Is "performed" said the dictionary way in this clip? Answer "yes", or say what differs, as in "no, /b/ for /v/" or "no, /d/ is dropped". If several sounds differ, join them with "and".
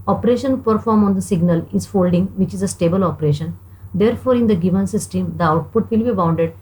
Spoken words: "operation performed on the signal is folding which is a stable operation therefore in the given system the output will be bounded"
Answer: no, /d/ is dropped